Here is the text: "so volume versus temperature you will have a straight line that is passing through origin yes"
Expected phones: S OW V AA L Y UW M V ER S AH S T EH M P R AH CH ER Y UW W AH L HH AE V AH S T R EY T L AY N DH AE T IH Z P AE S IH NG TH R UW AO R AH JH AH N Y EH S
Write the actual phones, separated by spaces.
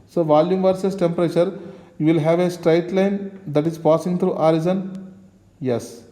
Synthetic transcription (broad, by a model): S OW V AA L Y UW M V ER S AH S T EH M P R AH CH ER Y UW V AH L HH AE V AH S T R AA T L AY N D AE T IH Z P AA S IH NG T R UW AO R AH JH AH N Y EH S